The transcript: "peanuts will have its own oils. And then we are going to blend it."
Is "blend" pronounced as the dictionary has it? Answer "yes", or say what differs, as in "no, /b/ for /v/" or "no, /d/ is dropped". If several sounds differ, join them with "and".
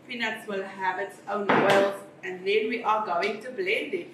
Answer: yes